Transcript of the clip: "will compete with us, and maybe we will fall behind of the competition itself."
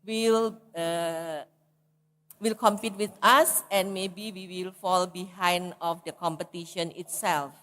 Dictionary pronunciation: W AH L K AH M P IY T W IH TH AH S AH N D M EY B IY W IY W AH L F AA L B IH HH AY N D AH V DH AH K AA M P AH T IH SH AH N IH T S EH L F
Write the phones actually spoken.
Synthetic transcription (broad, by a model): W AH L K AH M P IY T W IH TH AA S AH N M EY B IY W IY W AH L F AA L B IH HH AY N D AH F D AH K AA M P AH T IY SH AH N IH T S EH L F